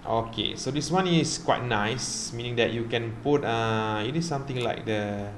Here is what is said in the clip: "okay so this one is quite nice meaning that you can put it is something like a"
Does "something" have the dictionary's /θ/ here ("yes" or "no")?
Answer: no